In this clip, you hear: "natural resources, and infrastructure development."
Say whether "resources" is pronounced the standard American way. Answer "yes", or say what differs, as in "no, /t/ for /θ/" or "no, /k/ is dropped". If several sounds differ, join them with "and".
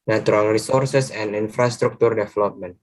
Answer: no, /s/ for /z/